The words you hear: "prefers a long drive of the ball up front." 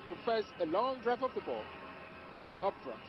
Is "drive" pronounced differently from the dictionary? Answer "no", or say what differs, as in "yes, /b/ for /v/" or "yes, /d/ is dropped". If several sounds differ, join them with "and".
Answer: yes, /p/ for /v/